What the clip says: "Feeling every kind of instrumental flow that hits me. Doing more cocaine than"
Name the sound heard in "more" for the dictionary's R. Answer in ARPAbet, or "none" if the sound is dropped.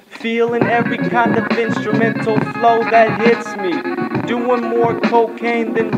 R